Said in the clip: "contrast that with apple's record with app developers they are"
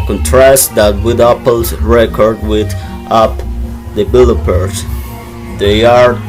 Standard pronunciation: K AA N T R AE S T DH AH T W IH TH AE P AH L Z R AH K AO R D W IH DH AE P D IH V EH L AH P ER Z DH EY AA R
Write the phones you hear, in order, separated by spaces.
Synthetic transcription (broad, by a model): K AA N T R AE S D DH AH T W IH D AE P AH L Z R AH K AO R D W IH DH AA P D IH B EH L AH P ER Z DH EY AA R